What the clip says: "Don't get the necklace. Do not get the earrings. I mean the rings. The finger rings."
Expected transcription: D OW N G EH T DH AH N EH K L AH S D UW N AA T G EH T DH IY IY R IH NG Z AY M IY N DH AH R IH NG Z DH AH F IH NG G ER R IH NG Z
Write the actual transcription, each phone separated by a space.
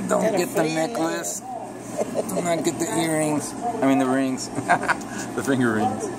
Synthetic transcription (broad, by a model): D OW N G EH T DH AH N EH K L AH S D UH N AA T G EH T DH IY IY R IH NG Z AY M IY N DH AH R IH NG Z DH AH F IH NG G ER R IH NG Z